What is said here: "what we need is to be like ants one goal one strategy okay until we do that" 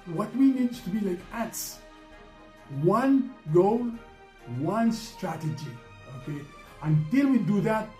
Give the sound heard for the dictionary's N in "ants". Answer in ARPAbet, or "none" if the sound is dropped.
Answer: none